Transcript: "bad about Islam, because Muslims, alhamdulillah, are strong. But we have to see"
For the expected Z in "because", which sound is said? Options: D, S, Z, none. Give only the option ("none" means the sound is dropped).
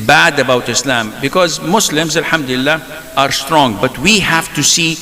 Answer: Z